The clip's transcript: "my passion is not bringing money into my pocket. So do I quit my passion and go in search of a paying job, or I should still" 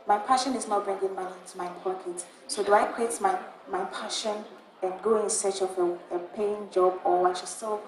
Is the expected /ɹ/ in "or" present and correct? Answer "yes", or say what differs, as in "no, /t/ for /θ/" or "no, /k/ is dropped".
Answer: no, /w/ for /ɹ/